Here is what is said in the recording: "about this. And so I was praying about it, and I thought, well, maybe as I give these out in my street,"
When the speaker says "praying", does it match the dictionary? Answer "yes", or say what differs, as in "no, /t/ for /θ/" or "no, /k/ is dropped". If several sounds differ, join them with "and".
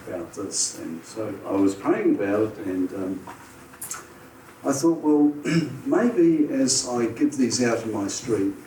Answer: no, /ɹ/ is dropped